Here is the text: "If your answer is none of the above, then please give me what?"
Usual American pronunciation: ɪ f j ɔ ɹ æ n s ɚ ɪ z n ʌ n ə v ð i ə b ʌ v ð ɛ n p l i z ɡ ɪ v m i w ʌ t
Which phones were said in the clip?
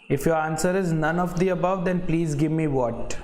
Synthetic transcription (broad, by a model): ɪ f j ɔ ɹ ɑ n s ɚ ɪ z n ʌ n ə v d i ə b ʌ v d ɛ n p l i z ɡ ɪ v m i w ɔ t